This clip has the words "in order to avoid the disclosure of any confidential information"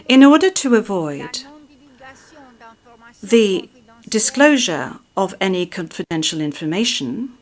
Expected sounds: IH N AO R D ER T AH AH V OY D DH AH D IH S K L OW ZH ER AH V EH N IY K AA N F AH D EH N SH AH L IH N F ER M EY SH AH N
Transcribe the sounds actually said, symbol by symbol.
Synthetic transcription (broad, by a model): IH N AO R D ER T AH AH V OY D DH AH D IH S K L OW ZH ER AH V EH N IY K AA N F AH D EH N SH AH L IH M F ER M EY SH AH N